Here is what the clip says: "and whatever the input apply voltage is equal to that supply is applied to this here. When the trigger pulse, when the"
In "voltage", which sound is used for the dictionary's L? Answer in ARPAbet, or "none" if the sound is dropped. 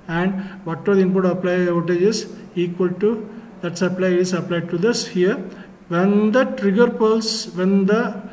none